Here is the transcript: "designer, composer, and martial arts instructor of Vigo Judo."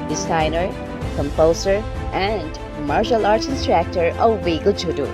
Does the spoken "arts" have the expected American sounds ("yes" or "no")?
no